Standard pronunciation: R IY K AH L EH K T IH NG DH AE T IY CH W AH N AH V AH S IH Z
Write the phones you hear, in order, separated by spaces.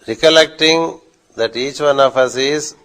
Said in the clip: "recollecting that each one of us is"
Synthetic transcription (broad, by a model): R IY K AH L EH K T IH NG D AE T IY CH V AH N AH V AH S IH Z